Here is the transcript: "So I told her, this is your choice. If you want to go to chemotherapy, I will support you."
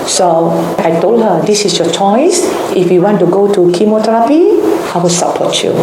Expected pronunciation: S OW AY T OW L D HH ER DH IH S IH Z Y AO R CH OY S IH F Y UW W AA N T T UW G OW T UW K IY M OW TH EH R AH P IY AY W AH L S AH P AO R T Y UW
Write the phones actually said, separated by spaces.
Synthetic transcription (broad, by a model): S OW AY T OW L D HH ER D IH S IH S Y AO CH OY S IH F Y UW W AA N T T UW G OW T UW K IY M OW T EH R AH P IY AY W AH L S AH P AO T Y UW